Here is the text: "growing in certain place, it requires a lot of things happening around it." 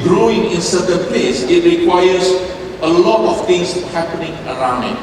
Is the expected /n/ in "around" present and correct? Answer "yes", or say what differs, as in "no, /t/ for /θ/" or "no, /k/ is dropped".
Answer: yes